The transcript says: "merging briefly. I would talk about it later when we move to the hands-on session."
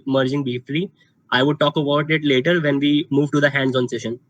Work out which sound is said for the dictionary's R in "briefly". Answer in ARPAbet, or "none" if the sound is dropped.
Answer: none